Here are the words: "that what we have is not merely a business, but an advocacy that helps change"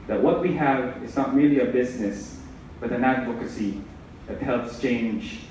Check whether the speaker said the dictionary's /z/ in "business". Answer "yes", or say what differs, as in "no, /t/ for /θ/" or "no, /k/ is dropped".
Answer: yes